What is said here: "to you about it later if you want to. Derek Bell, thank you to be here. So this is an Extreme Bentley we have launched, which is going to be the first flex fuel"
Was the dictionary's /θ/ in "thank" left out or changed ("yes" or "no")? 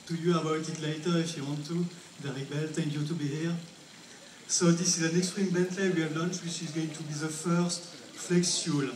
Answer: yes